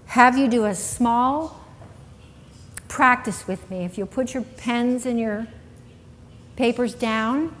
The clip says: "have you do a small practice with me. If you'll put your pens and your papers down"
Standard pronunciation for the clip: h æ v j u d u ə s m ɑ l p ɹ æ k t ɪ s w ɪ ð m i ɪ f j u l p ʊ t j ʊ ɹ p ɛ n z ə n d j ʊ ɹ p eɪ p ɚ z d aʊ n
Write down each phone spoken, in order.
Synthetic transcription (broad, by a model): h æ v j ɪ d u ə s m ɑ l p ɹ æ k t ɪ s w ɪ ð m i ɪ f j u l p ʊ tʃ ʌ ɹ p ɛ n z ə n j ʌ ɹ p eɪ p ɚ z d aʊ n